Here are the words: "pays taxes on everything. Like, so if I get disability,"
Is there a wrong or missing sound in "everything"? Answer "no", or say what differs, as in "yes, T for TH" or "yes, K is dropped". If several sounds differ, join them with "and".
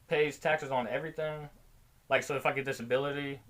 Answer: no